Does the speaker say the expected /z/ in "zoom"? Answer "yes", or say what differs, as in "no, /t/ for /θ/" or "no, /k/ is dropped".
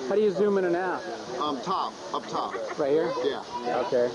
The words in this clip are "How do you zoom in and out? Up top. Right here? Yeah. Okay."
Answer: yes